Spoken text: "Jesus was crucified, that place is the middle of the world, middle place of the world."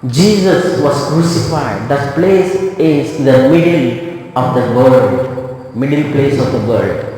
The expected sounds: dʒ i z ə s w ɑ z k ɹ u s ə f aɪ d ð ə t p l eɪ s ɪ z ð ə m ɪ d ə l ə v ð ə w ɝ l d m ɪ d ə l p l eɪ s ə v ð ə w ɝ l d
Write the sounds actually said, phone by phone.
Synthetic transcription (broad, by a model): dʒ i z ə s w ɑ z k ɹ u s ə f aɪ d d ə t p l eɪ s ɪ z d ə m ɪ d ə l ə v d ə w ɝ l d m ɪ d ə l p l eɪ s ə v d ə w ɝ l d